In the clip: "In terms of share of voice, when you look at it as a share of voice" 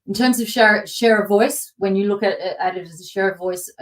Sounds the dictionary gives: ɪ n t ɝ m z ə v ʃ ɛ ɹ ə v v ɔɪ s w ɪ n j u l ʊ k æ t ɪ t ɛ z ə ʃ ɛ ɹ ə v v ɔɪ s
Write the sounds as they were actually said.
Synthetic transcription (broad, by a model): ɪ n t ɝ m z ə v ʃ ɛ ɹ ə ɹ v ɔɪ s w ɪ n j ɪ l ʊ k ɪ t ɪ t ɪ z ə ʃ ɛ ɹ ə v v ɔɪ s